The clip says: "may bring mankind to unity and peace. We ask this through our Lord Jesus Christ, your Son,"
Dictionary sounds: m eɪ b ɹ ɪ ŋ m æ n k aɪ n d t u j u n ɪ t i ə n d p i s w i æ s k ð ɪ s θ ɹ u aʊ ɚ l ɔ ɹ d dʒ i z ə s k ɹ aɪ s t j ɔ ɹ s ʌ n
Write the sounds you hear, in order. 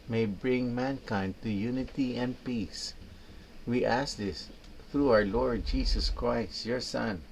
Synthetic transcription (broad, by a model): m eɪ b ɹ ɪ ŋ m æ n k aɪ n d t u j u n ɪ t i ə n d p i s w i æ s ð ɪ s θ ɹ u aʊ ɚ l ɔ ɹ d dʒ i s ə s k ɹ aɪ s t j ɔ ɹ s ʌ n